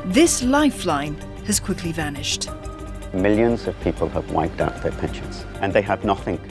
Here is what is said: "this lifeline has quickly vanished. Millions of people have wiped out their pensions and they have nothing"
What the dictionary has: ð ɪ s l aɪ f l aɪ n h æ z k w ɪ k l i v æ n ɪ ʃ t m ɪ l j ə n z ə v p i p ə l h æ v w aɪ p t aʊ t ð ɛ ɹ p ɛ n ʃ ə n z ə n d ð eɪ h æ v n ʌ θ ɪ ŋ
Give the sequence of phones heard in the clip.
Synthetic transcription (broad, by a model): ð ɪ s l aɪ f l aɪ n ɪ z k w ɪ k l i v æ n ɪ ʃ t m ɪ l j ə n z ə v p i p ə l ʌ v w aɪ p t aʊ t ð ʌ ɹ p ɛ n ʃ ə n z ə n ð eɪ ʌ v n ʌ θ ɪ ŋ